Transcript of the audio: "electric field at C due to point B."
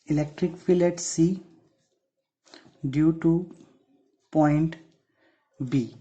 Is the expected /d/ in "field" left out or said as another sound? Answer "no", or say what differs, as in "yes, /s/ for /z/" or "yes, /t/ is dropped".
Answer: yes, /d/ is dropped